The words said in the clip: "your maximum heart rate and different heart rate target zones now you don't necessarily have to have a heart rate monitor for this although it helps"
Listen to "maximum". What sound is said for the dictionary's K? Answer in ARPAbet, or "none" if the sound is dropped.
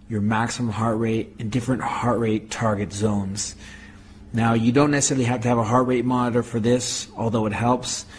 K